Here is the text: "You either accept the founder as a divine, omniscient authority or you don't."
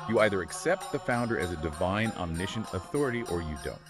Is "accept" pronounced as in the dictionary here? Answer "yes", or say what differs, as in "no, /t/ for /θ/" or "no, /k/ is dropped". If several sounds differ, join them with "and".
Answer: yes